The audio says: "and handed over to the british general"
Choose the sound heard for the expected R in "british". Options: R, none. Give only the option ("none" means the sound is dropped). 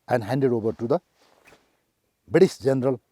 none